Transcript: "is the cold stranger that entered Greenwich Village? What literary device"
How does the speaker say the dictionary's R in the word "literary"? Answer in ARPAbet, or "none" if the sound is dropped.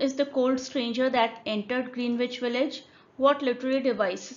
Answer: L